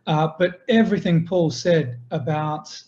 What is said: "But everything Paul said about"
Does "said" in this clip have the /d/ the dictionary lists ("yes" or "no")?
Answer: yes